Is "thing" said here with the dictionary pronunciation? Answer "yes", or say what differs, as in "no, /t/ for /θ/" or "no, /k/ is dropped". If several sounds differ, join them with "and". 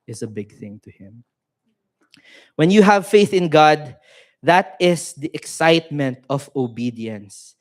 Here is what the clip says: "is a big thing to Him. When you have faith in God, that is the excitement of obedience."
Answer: yes